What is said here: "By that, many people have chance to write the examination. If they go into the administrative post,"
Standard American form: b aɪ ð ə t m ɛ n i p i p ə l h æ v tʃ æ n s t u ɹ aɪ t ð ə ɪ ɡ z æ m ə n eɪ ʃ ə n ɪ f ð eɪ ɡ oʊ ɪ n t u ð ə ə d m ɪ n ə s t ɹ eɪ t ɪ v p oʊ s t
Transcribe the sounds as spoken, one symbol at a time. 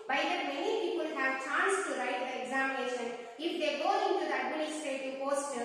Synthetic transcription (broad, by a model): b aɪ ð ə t m ɛ n i p i p ə l h æ v tʃ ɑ n s t u ɹ aɪ t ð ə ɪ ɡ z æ m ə n eɪ ʃ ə n ɪ f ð eɪ ɡ oʊ ɪ n t u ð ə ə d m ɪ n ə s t eɪ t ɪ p oʊ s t